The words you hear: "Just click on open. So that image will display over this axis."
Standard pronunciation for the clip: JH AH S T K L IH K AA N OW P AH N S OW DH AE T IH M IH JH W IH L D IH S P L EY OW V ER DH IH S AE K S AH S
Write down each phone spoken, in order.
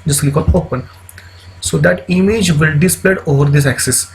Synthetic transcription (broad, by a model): JH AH S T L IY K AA L OW P AH N S OW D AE T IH M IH JH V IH L D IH S P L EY OW V ER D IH S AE K S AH S